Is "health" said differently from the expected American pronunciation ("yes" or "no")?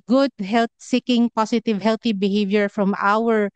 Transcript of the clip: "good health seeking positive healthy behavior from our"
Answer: yes